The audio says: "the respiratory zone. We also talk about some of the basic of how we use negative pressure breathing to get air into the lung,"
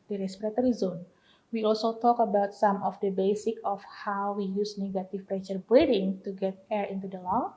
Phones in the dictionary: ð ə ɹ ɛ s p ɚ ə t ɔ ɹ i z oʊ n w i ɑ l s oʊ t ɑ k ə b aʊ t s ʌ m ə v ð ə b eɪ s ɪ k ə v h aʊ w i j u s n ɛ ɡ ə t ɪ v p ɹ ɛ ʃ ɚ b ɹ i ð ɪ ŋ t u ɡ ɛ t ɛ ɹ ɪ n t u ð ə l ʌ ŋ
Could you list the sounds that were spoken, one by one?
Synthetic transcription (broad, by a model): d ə ɹ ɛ s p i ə t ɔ ɹ i z oʊ n w i ɑ l s oʊ t ɑ k ə b aʊ t s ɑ m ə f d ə b eɪ s ɪ k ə f h aʊ w i j u s n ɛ ɡ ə t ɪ f p ɹ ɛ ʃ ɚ b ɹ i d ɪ ŋ t u ɡ ɛ t ɛ ɹ ɪ n t u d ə l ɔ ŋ